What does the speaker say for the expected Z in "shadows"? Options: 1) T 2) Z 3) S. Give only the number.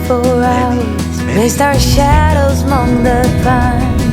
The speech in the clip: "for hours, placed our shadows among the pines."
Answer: 2